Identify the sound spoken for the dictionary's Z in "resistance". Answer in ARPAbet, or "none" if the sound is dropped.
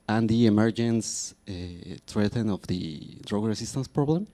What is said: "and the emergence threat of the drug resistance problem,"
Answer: S